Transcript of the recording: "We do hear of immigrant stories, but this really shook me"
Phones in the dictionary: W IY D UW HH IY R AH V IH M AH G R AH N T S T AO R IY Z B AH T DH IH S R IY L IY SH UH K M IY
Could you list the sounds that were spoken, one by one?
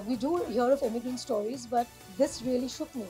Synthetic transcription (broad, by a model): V IY D UW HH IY R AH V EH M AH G AH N S T AO R IY Z B AH T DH IH S R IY L IY SH UH K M IY